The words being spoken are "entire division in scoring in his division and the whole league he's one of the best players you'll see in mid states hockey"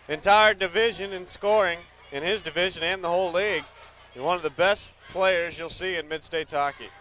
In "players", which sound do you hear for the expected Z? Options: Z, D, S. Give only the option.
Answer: Z